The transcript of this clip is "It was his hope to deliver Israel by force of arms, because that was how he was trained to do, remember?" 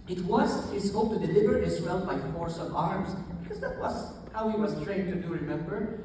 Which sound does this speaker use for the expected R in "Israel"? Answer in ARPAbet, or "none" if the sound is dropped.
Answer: W